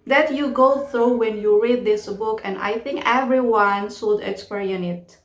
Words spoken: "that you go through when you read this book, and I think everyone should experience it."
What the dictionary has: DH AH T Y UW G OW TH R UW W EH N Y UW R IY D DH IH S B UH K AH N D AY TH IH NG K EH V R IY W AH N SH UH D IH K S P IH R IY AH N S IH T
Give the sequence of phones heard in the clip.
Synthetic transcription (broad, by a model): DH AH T Y UW G OW TH R UW W EH N Y UW R IY D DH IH S B UH K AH N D AY TH IH NG K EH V R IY W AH N S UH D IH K S P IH R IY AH N IH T